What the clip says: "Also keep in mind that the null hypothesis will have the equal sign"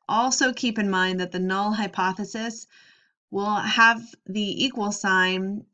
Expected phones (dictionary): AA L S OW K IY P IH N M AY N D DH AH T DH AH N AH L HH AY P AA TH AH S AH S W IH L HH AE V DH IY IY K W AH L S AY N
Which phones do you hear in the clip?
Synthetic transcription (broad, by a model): AA L S OW K IY P IH N M AY N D DH AH T DH AH N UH L HH AY P AA TH AH S AH S W IH L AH V DH IY IY K W AH L S AY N